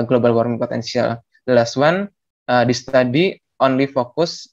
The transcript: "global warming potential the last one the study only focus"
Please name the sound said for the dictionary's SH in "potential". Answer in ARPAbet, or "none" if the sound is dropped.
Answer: S